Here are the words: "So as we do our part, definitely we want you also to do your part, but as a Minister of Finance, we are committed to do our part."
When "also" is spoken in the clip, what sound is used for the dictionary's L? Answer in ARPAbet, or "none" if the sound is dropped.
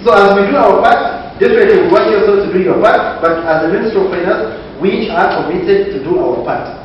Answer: none